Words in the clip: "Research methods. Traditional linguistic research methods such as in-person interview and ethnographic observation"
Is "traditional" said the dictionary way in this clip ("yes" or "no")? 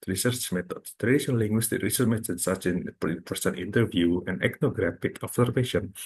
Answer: no